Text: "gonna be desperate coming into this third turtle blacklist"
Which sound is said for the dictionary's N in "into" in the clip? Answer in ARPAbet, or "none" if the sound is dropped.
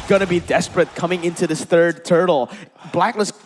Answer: N